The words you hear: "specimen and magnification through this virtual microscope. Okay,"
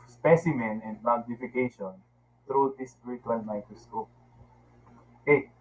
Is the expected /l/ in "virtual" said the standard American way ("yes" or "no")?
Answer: no